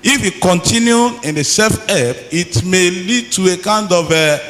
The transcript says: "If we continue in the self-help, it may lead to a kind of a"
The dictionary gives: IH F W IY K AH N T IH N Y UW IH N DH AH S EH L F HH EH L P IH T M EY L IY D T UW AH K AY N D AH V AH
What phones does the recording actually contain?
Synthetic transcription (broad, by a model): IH F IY K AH N T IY N Y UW IH N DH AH S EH F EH P IH T M EY L IY D T UW AH K AY N D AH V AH